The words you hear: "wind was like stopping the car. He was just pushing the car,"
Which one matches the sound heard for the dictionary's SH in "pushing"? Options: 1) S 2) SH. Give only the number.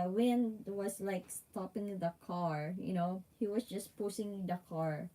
1